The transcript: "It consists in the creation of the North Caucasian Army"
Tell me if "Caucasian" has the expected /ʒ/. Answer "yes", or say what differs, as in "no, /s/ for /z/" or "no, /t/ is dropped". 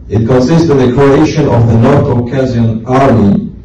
no, /z/ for /ʒ/